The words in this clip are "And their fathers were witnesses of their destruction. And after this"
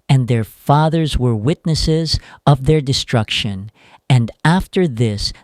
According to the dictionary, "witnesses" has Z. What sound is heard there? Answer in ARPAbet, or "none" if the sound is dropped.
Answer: Z